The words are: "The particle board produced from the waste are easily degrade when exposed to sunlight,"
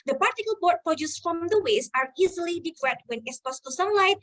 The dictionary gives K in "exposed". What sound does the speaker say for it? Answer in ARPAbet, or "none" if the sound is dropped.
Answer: none